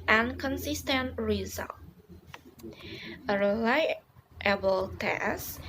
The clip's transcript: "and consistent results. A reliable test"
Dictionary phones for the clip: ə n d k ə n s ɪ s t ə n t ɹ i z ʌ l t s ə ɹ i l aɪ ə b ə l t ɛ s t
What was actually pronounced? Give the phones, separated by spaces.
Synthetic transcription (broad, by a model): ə n k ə n s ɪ s t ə n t ɹ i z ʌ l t ə ɹ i l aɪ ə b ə l t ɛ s